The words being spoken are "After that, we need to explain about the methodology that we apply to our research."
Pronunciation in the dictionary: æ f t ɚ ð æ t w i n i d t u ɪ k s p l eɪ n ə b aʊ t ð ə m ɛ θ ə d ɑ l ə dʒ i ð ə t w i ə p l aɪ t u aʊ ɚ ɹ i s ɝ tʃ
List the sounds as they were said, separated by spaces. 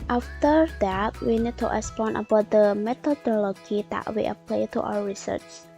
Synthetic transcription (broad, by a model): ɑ f t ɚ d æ t w i n i d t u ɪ s p ɔ n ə b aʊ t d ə m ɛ t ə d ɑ l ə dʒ i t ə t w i ə p l aɪ t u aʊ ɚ ɹ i s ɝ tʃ